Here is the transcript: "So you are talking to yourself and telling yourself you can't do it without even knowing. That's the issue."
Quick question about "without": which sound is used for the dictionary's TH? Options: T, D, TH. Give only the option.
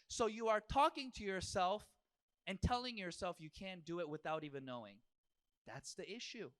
TH